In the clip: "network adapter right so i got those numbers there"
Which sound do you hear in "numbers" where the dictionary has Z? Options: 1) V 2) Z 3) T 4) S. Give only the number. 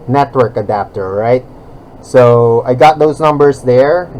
4